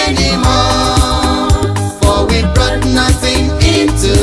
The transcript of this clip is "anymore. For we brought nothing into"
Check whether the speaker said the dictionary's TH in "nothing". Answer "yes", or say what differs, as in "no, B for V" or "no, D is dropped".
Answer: yes